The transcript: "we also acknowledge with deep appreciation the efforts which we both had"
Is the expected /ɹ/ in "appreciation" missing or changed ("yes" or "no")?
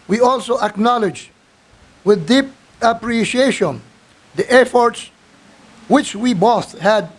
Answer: no